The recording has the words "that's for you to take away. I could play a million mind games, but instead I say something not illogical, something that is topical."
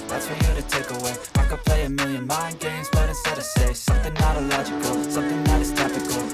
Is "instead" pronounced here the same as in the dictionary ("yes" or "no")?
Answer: no